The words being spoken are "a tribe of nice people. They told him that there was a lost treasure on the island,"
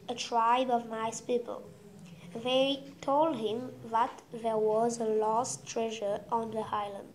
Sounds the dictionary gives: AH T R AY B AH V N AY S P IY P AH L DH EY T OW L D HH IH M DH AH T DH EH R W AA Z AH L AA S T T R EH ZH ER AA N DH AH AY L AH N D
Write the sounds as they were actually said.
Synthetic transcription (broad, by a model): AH T R AY B AH V N AY S P IY P AH L DH EY T OW L D HH IH M DH AH T DH EH R W AA Z AH L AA S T T R EH ZH ER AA N DH AH AY L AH N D